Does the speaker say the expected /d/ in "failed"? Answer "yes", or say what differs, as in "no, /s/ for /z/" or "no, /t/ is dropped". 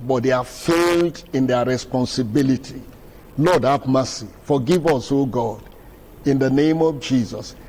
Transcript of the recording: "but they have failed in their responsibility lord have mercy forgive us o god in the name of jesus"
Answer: yes